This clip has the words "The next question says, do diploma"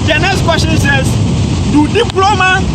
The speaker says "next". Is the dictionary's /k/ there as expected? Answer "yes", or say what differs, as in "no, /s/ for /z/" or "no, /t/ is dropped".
no, /k/ is dropped